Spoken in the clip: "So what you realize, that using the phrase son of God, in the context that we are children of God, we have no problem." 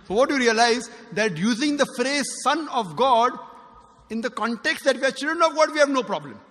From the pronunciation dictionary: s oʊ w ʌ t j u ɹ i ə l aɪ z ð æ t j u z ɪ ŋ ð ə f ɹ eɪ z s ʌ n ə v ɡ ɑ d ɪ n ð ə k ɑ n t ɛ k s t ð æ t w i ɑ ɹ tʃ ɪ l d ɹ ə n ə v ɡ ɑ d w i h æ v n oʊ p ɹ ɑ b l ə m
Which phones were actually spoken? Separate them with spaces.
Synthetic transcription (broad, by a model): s oʊ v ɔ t j u ɹ i ə l aɪ z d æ t j u z ɪ ŋ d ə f ɹ eɪ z s ʌ n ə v ɡ ɑ d ɪ n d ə k ɑ n t ɛ k s t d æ t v i ɑ ɹ tʃ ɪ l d ə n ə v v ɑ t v i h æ v n oʊ p ɹ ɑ b l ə m